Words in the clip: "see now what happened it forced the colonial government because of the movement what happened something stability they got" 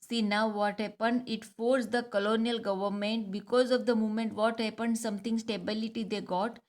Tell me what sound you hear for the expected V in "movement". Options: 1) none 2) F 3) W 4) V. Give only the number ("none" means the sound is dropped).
1